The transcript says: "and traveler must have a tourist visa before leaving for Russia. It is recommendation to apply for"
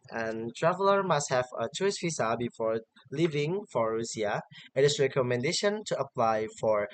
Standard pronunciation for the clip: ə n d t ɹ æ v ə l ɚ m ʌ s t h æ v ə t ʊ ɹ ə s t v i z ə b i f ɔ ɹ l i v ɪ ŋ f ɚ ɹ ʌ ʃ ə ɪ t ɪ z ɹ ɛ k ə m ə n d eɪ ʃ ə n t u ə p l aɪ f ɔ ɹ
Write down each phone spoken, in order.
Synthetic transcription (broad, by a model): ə n t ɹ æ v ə l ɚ m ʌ s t h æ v ə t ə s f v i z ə b i f ɔ ɹ l i v ɪ ŋ f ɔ ɹ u s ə ɪ t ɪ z ɹ ɛ k ə m ə n d eɪ ʃ ə n t u ə p l aɪ f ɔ ɹ